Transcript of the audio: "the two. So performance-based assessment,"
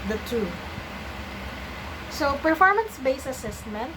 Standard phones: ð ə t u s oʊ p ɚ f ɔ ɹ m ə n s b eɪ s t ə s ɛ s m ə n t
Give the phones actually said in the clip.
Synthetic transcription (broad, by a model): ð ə t u s oʊ p ɚ f ɔ ɹ m ə n s b eɪ s ə s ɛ s m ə n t